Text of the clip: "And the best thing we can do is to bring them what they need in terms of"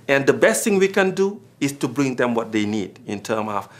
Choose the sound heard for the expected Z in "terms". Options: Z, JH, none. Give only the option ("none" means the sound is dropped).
none